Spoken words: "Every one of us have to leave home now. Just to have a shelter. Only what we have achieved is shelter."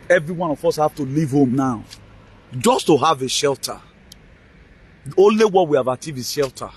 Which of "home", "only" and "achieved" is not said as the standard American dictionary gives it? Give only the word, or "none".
achieved